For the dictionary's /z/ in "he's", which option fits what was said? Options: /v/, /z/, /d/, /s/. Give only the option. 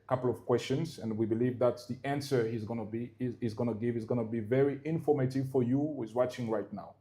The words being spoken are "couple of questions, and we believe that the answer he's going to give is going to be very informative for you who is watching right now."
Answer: /z/